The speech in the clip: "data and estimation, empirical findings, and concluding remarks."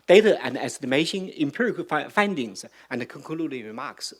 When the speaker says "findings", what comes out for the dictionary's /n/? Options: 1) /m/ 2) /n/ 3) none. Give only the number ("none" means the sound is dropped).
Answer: 2